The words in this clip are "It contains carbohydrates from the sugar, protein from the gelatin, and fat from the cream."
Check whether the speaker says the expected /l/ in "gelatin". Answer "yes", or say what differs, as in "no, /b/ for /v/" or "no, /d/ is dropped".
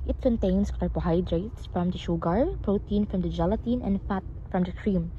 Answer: yes